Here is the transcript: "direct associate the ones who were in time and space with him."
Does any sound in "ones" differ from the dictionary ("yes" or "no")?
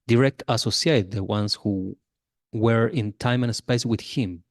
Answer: yes